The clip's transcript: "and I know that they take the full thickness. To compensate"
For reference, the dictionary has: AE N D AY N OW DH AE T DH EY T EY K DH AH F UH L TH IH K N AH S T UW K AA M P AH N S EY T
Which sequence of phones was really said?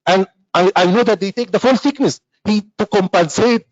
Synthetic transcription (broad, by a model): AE N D AY N OW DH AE T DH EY T EY K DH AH F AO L S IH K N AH S T UW K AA M P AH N S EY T